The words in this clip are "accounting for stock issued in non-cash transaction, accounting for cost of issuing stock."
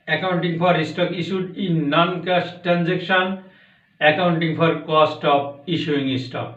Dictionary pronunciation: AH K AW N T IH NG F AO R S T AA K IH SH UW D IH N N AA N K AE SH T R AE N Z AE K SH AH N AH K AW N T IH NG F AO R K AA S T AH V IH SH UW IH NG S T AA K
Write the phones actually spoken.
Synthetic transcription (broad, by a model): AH K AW N T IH NG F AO R S T AA K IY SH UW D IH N N AA N K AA S T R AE N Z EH K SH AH N AH K AW N T IH NG P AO R K AA S T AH P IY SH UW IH NG S T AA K